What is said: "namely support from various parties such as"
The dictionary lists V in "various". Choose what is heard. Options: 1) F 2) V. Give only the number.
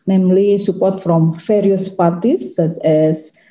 1